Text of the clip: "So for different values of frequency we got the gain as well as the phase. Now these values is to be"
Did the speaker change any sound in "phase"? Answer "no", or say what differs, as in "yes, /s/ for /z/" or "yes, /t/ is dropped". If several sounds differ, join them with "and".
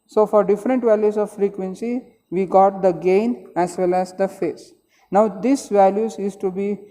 yes, /s/ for /z/